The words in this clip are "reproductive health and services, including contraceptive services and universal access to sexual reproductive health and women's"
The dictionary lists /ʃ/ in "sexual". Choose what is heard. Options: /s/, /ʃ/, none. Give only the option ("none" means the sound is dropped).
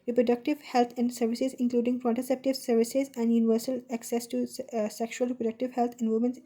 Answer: /ʃ/